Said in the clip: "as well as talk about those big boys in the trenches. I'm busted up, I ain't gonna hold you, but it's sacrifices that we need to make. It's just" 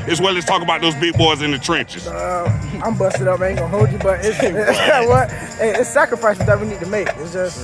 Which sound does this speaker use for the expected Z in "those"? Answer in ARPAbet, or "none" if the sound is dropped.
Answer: Z